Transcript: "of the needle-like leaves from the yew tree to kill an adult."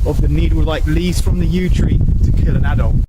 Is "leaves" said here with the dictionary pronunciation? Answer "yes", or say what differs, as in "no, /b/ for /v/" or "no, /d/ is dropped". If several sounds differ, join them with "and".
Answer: no, /v/ is dropped